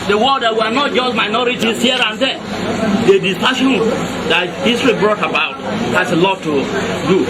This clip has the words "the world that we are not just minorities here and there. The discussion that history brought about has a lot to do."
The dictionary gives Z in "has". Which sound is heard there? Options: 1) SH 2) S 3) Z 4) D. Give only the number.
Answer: 2